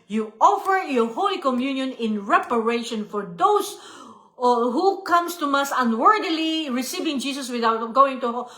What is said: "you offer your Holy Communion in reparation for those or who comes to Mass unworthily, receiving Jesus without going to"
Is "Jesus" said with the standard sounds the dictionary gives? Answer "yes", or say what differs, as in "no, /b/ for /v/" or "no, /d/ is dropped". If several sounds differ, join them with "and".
no, /s/ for /z/